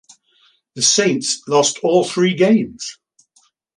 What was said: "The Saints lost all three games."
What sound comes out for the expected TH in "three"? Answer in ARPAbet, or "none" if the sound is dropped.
TH